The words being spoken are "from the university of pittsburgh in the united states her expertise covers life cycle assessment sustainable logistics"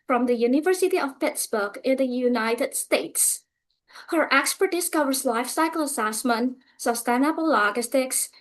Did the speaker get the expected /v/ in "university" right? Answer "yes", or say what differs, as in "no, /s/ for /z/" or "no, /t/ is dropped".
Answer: yes